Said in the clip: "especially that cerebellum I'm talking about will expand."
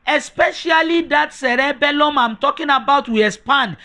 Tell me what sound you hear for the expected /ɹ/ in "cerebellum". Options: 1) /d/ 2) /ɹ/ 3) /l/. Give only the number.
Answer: 2